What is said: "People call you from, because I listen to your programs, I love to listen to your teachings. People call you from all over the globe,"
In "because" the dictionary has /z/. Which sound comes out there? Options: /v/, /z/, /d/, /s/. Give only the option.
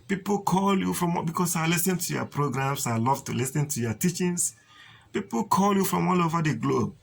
/s/